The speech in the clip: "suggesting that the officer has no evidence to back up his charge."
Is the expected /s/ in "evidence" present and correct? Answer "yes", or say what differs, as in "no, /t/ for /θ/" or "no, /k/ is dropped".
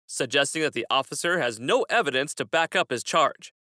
yes